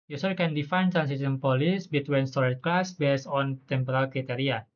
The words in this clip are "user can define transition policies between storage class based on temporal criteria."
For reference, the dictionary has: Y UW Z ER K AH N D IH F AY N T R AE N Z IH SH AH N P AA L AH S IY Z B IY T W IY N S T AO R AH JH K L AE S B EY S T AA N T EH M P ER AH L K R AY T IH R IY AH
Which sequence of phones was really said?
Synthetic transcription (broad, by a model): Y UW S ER K AH N D IH F AY N T R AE N S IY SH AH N P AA L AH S B IY T W IY N S T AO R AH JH K L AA S B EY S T AA N T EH M P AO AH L K R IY T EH R IY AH